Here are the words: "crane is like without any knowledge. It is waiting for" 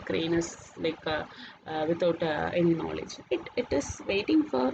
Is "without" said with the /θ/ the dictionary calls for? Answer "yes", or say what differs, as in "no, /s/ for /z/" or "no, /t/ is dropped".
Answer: no, /t/ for /θ/